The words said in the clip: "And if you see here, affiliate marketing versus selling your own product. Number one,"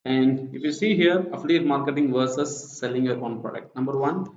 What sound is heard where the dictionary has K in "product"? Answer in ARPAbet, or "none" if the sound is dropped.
K